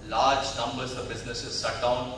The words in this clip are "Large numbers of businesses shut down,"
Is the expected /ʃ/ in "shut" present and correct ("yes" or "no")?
no